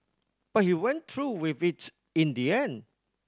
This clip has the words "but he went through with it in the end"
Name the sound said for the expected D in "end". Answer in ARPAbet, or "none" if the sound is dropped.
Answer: none